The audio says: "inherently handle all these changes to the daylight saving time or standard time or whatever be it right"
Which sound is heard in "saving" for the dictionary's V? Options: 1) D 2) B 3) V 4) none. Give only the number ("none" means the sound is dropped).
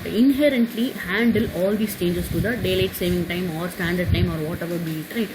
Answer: 3